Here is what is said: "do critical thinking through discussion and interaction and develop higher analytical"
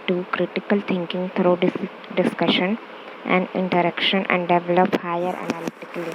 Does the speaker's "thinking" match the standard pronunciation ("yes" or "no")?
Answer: no